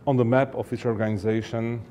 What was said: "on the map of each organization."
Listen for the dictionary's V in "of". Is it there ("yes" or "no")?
no